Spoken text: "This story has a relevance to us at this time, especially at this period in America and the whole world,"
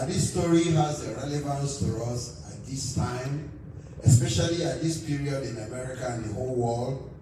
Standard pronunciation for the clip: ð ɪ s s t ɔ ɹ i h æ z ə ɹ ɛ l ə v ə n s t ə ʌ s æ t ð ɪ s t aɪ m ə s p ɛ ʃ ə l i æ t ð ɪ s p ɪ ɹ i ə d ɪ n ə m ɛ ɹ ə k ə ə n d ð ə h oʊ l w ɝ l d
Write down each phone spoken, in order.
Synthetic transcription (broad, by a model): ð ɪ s s t ɔ ɹ i h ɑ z ə ɹ ɛ l ə v ə n s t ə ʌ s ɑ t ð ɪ s t aɪ m ə s p ɛ ʃ ə l i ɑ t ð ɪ s p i ɹ i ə d ɪ n ə m ɛ ɹ ə k ə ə n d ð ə h oʊ l w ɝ l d